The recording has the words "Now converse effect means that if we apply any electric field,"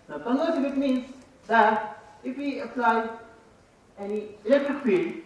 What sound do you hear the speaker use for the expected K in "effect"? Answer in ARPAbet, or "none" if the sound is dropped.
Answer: none